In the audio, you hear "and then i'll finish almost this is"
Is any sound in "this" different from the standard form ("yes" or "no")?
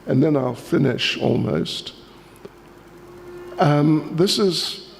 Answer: no